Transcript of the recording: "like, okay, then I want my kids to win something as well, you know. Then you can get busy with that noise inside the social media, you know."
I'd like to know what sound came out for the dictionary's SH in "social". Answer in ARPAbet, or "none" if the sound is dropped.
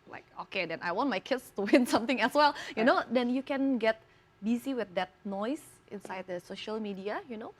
SH